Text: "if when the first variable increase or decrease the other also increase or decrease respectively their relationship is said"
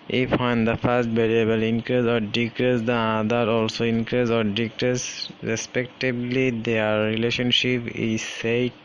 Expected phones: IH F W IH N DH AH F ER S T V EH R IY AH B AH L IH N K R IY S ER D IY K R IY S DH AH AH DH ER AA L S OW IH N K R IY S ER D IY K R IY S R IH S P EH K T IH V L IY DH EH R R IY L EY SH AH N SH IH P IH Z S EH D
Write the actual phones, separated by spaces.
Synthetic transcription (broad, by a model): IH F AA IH N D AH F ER S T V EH R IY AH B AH L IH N K R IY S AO D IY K R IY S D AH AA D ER AA L S OW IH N K R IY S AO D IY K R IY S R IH S P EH K T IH B L IY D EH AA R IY L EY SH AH N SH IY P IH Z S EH